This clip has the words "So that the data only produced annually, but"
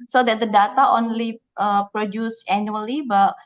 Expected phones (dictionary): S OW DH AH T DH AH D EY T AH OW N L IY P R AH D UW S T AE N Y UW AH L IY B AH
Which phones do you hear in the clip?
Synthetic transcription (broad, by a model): S OW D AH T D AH D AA T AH OW N L IY P R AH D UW S AE N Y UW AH L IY B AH